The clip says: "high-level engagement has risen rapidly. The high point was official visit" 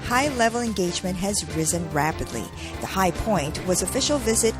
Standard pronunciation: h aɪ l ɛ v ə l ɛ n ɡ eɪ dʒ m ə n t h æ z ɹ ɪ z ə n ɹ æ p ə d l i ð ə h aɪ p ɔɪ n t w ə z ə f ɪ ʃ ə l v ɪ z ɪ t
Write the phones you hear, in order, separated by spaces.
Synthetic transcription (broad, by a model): h aɪ l ɛ v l ɛ n ɡ eɪ dʒ m ə n t h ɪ z ɹ ɪ z ə n ɹ æ p ə d l i ð ə h aɪ p ɔɪ n t w ə z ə f ɪ ʃ l v ɪ z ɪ t